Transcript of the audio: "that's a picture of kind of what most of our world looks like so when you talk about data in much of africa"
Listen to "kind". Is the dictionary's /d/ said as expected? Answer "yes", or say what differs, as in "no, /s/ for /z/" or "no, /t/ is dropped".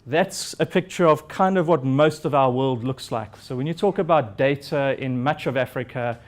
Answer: yes